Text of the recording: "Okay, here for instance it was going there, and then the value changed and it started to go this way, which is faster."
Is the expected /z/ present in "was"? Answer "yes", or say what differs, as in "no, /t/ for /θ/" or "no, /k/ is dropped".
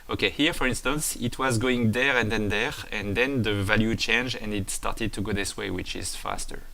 yes